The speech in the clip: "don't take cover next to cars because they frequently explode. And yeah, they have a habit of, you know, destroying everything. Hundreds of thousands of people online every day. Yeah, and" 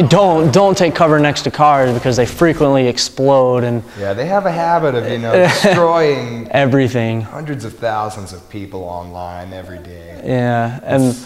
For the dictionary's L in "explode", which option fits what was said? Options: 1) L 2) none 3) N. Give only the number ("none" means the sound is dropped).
1